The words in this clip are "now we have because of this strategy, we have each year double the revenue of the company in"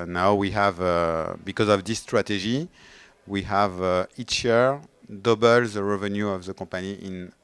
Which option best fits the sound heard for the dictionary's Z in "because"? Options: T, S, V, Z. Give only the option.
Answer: Z